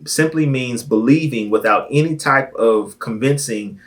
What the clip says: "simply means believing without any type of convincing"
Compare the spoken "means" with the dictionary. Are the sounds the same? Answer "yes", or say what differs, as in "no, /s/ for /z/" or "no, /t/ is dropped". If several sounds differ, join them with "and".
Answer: yes